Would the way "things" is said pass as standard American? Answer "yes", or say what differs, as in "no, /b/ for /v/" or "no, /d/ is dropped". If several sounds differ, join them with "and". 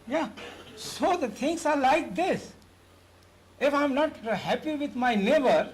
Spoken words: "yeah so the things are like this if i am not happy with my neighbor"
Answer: no, /t/ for /θ/ and /s/ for /z/